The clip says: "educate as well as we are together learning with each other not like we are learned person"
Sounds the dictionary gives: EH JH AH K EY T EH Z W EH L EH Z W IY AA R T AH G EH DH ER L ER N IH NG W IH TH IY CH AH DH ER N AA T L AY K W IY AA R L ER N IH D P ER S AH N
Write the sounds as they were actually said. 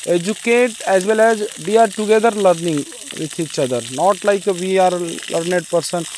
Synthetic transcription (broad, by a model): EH JH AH K EY T EH Z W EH L EH Z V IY AA R T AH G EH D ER L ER N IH NG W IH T IY CH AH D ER N AA T L AY K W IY AA R L ER N IH D P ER S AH N